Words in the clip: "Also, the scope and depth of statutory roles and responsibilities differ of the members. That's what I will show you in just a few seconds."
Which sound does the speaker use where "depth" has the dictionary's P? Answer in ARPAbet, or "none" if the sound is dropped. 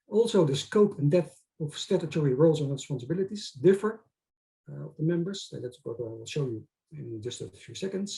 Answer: none